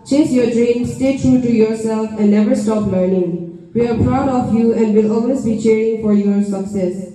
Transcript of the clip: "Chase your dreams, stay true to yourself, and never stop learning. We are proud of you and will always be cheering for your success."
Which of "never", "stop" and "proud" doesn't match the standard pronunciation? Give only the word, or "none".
none